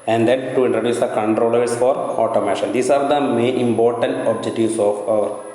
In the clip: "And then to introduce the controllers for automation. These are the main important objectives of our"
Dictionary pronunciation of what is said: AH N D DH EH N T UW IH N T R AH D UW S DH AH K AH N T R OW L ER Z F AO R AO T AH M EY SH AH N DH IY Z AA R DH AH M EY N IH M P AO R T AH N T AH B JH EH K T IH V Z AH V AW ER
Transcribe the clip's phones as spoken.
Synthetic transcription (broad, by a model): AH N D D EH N T UW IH N T R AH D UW S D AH K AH N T R OW L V S F AO R AO T AH M EY SH AH N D IY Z AA R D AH M EY N IH M P AO R T AH N T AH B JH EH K T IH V S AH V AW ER